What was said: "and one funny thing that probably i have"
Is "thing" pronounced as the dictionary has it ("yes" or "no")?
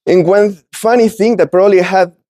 yes